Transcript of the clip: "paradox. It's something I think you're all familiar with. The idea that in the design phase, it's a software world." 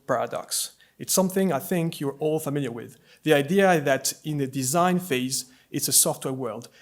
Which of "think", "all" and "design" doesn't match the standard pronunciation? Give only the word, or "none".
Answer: none